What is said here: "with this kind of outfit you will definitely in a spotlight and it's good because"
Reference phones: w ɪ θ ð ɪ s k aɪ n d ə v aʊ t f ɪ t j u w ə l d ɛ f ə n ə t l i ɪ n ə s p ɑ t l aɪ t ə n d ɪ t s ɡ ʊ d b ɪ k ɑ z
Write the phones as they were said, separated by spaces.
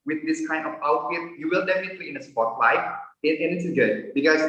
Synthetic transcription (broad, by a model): w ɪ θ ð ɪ s k aɪ n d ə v aʊ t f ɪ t j u w ə l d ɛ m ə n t i ɪ n ə s p ɑ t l aɪ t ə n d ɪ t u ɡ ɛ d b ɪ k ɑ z